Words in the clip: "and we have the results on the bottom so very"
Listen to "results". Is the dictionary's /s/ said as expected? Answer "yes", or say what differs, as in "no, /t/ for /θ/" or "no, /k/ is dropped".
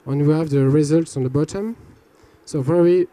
yes